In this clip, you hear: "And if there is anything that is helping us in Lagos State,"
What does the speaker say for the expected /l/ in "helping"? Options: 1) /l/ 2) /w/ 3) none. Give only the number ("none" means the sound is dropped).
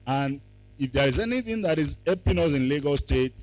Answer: 3